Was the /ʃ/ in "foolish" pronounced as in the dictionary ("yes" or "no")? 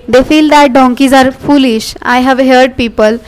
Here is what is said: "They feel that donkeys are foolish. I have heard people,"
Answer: yes